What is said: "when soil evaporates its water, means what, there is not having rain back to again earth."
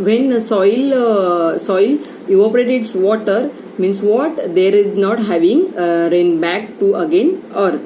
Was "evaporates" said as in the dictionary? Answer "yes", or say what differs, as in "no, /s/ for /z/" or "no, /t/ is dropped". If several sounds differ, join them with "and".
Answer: no, /s/ is dropped